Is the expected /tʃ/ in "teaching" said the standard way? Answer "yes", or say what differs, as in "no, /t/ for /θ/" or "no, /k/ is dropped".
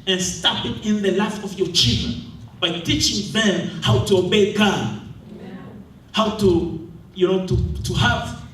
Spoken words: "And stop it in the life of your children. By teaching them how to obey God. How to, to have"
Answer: yes